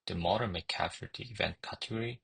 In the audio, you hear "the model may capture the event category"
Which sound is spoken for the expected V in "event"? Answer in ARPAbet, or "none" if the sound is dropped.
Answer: V